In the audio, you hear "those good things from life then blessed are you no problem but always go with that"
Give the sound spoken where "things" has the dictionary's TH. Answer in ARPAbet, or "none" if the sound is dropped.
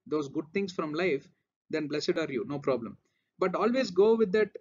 T